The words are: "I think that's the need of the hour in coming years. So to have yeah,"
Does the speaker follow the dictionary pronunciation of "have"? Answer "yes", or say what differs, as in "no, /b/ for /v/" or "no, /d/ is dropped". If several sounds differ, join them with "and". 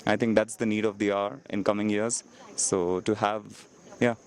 yes